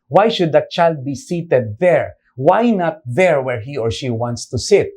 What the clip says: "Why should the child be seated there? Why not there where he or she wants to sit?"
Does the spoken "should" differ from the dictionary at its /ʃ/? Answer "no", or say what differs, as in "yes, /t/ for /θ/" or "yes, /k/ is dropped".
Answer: no